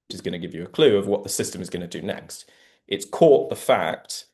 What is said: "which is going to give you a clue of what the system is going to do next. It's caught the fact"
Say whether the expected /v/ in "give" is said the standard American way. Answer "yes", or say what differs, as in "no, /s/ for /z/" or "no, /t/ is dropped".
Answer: yes